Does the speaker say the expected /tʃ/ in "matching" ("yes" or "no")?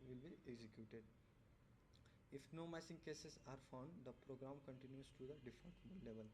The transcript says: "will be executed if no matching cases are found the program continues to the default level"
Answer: no